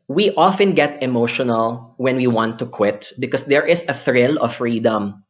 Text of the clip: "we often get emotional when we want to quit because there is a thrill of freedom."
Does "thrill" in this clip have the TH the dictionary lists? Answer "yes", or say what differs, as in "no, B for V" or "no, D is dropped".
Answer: yes